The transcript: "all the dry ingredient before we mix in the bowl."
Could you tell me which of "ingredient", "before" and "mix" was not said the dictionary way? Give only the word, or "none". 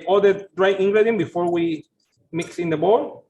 ingredient